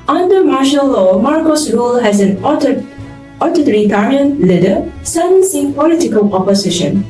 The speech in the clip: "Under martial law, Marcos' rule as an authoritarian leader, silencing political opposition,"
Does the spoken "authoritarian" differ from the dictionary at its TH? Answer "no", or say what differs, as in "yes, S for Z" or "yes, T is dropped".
yes, T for TH